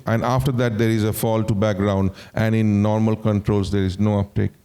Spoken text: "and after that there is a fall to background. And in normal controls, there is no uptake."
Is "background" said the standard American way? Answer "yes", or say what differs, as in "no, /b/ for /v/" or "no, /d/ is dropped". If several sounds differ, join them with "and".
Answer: yes